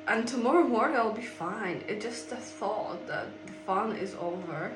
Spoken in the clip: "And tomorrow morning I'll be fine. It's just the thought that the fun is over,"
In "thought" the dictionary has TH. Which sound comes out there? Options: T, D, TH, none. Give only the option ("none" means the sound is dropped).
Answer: TH